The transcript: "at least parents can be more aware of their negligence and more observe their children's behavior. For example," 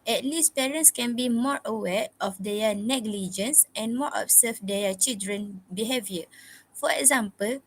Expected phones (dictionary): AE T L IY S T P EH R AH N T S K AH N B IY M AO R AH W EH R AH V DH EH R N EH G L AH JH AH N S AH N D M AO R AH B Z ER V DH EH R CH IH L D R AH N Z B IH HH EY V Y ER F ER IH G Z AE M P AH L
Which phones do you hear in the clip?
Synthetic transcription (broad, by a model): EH T L IY S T P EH R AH N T S K AH N B IY M AO R AH W EH R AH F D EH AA N EH G L AH JH AH N S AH N M AO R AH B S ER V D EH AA CH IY L D R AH N B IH HH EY V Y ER F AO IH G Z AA M P AH L